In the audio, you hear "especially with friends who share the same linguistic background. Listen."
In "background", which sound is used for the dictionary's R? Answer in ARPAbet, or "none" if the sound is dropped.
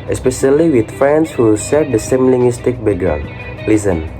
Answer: none